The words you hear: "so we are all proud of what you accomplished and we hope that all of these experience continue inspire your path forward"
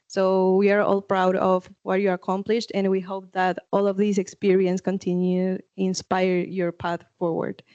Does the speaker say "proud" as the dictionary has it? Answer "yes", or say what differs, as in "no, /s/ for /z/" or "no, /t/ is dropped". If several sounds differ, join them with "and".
yes